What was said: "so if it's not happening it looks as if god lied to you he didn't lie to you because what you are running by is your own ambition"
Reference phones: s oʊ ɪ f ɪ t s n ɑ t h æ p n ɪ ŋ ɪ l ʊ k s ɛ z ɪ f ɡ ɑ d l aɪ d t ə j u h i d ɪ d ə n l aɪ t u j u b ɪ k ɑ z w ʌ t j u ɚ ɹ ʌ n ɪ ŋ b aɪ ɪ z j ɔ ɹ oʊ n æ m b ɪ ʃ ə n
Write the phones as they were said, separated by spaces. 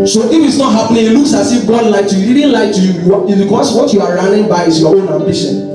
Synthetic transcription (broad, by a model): s oʊ ɪ f ɪ t s n ɑ t h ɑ p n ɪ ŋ ɪ l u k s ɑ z ɪ f ɡ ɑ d l aɪ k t j u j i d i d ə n l aɪ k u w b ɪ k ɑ s w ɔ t j u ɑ ɹ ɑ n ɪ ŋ b aɪ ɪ s j ɔ w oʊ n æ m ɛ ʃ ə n